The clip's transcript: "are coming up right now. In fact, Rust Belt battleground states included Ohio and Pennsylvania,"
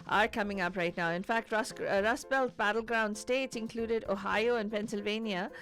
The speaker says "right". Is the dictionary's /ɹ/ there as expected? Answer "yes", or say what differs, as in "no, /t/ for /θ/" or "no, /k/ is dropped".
yes